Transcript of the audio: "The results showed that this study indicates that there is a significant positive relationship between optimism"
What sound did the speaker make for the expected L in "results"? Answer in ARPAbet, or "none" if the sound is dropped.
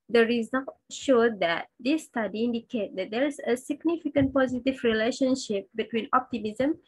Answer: none